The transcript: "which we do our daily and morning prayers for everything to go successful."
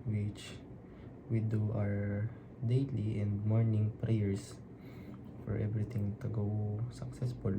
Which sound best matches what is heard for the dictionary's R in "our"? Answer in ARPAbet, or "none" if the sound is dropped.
R